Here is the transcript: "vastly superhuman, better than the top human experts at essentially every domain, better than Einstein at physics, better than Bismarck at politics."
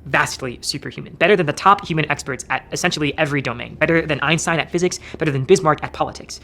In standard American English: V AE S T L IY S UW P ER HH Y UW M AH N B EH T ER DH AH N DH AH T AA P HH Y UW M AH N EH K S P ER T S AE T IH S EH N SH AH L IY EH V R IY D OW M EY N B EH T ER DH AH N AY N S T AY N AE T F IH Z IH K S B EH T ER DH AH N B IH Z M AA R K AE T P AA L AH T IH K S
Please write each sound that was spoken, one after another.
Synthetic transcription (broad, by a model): V AE S T L IY S UW P ER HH Y UW M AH N B EH T ER DH AH N DH AH T AA P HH Y UW M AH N EH K S P ER T S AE T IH S EH N SH L IY EH V R IY D OW M EY N B EH T ER DH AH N AY N S AY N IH T F IH Z IH K S B EH T ER DH AH N B IH Z M AA R K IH T P AA L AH T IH K S